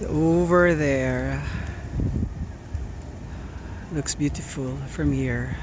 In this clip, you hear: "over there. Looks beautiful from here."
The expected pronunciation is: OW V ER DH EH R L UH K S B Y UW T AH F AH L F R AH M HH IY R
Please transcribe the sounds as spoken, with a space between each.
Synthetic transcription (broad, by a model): OW V ER DH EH R L UH K S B Y UW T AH F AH L F R AH M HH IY R